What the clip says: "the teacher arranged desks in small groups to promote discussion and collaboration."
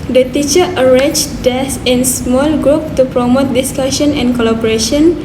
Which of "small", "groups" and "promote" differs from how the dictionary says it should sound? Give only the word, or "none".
groups